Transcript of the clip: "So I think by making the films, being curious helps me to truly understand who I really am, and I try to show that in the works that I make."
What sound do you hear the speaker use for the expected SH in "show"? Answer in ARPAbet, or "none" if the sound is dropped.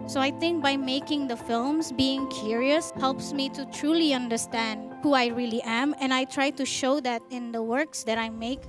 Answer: SH